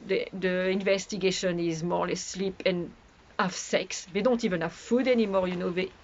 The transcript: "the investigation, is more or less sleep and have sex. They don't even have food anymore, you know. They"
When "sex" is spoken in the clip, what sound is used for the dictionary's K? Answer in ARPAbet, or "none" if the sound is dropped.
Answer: K